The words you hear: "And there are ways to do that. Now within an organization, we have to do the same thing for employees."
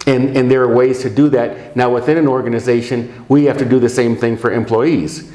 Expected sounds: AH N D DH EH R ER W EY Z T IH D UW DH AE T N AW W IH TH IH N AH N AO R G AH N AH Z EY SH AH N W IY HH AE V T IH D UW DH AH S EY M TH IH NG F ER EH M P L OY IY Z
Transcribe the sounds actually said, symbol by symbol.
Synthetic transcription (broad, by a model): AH N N DH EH R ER W EY Z T IH D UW DH AE T N AW W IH TH IH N AH N AO R G AH N AH Z EY SH AH N W IY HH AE F T IH D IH DH AH S EY M TH IH NG F ER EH M P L OY IY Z